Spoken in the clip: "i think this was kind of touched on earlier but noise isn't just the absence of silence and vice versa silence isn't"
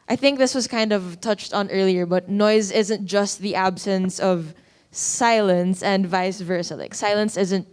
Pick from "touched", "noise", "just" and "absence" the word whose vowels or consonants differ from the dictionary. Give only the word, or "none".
none